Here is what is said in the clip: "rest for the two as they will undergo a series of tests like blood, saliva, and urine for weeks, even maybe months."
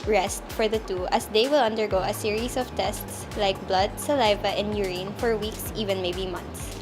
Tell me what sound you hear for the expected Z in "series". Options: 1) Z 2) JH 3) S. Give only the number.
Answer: 3